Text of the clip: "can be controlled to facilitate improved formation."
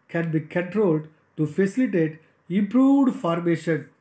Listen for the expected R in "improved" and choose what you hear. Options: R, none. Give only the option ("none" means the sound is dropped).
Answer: R